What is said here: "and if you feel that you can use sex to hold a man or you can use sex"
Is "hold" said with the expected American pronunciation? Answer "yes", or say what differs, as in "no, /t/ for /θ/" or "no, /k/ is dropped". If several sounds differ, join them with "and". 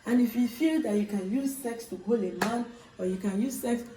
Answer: no, /d/ is dropped